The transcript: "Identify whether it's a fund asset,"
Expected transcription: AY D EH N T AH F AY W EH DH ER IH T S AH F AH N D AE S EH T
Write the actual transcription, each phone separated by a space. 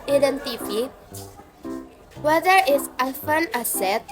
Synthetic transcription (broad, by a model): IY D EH N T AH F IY W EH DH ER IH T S AH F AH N AA S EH T